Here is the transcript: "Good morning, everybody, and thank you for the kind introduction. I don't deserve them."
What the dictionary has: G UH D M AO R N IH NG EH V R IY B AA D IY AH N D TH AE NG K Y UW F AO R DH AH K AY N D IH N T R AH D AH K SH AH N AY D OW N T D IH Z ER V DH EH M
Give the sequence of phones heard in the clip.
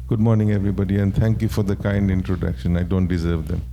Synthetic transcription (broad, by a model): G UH D M AO R N IH NG EH V R IY B AA D IY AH N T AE NG K Y UW F AO R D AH K AY N D IH N T R AH D AH K SH AH N AY D OW N T D IH Z ER V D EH M